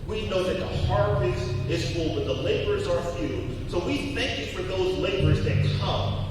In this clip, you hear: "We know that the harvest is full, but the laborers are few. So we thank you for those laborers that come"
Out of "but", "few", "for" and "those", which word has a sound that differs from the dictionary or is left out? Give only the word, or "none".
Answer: none